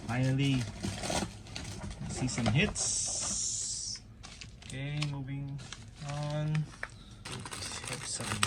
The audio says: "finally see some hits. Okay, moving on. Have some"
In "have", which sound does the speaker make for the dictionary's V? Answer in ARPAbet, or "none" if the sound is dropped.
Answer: P